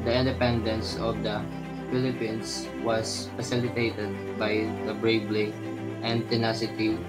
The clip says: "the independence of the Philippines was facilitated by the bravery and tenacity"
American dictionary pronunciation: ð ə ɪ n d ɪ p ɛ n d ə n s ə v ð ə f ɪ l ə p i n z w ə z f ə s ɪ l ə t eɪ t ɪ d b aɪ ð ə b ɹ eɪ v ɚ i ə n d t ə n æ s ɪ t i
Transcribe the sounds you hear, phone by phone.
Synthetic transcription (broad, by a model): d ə ɪ n d ɪ p ɛ n d ə n s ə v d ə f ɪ l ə p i n s w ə s f ə s ɪ l ə t eɪ t ɪ d b aɪ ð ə b ɹ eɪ b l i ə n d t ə n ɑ s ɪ t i